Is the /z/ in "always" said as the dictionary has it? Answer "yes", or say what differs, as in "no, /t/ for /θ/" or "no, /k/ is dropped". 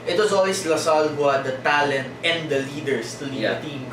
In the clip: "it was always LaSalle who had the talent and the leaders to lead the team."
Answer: no, /s/ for /z/